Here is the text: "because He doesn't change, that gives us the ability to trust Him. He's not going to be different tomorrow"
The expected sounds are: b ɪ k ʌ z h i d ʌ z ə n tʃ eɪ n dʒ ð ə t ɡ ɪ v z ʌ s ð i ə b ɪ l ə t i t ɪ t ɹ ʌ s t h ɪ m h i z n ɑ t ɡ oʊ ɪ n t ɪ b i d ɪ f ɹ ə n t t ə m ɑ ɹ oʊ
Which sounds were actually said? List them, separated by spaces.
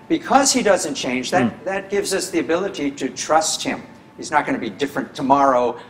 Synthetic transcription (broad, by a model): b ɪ k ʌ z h i d ʌ z ə n tʃ eɪ n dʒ ð ə t ɡ ɪ v z ʌ s ð i ə b ɪ l ə t i t ɪ t ɹ ʌ s t h ɪ m h i z n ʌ t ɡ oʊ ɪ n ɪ b i d ɪ f ɹ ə n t t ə m ɑ ɹ oʊ